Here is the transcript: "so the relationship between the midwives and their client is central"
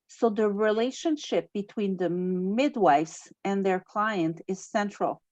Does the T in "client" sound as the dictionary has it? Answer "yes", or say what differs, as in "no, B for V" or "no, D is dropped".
yes